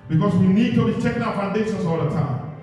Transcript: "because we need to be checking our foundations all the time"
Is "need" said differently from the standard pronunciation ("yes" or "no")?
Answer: no